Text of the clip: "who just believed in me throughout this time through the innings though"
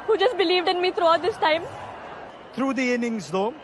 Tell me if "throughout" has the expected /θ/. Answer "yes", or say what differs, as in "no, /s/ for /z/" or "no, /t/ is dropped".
no, /t/ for /θ/